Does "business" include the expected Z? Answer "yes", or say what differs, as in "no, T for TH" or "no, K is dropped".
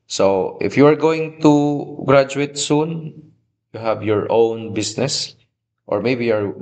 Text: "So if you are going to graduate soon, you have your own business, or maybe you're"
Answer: no, S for Z